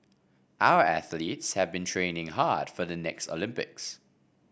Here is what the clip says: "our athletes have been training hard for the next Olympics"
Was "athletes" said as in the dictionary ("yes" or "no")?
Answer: yes